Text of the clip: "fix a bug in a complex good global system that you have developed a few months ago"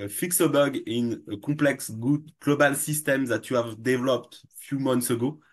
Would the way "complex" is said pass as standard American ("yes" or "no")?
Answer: no